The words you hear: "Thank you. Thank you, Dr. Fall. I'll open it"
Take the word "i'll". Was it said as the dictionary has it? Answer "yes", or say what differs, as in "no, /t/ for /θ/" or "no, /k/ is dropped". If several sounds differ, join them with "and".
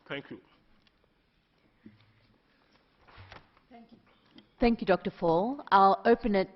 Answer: yes